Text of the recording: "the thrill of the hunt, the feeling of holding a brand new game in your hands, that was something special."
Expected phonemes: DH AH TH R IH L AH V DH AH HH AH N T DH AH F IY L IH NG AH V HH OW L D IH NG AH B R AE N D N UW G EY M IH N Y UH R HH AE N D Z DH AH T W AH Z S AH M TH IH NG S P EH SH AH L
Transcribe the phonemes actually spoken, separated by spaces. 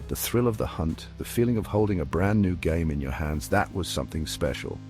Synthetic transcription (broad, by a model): DH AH TH R IH L AH V DH AH HH AH N T DH AH F IY L IH NG AH V HH OW L D IH NG AH B R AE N N UW G EY M IH N Y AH R HH AE N D Z DH AH T W AH Z S AH M TH IH NG S P EH SH L